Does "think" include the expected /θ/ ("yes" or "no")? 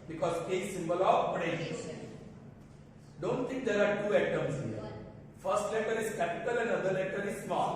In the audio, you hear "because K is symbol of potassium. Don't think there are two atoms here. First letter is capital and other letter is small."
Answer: no